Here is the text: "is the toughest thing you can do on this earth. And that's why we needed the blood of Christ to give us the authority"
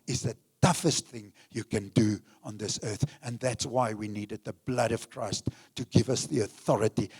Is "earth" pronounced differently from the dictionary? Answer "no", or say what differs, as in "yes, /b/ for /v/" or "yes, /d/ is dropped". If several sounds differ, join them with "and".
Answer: no